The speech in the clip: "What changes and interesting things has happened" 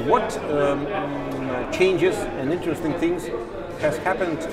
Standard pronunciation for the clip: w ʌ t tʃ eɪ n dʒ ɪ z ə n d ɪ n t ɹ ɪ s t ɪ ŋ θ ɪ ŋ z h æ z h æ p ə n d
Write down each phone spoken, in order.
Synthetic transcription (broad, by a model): w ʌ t tʃ eɪ n dʒ ɪ z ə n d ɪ n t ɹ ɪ s t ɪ ŋ θ ɪ ŋ z h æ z h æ p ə n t